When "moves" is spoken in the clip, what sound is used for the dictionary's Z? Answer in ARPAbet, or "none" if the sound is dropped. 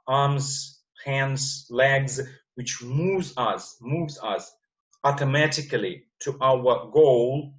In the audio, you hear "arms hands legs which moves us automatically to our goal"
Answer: Z